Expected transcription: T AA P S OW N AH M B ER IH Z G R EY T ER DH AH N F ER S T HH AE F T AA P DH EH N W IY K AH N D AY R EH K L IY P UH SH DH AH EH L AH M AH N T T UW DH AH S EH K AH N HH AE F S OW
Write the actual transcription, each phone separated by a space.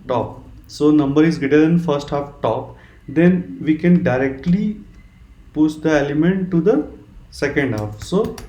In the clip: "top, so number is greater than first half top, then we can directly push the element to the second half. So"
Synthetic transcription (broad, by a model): T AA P S OW N AH M B ER IH Z G EY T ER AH N F ER S T HH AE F T AA P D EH N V IY K AH N D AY R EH K L IY P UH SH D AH EH L AH M AH N T T UW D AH S EH K AH N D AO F S OW